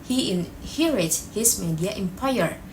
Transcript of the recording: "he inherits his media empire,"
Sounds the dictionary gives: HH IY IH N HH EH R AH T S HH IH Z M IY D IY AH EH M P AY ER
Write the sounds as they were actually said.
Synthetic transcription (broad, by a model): HH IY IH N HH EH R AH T HH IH S M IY D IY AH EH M P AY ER